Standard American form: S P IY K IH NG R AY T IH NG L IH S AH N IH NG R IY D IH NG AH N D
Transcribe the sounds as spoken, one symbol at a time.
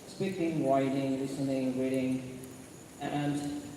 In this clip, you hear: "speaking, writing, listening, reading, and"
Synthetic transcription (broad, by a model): S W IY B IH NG W AY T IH NG L IH S AH N IH NG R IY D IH NG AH N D